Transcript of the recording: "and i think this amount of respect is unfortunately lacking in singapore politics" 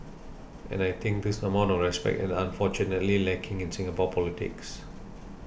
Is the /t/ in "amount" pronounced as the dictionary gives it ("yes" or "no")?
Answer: no